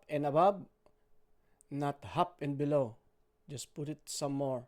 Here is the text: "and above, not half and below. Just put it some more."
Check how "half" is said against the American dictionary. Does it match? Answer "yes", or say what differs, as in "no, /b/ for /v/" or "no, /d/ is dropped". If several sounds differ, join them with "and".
no, /p/ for /f/